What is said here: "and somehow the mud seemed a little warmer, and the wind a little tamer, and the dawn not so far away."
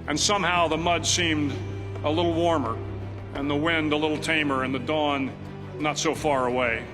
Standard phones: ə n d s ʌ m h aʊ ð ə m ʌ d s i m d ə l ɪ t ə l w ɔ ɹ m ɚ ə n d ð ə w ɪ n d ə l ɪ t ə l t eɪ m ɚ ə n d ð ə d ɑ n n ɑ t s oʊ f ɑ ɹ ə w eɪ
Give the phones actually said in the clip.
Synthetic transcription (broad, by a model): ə n s ʌ m h aʊ ð ə m ʌ d s i m d ə l ɪ t l w ɔ ɹ m ɚ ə n ð ə w ɪ n d ə l ɪ t l t eɪ m ɚ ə n ð ə d ɑ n n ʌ t s oʊ f ɑ ɹ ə w eɪ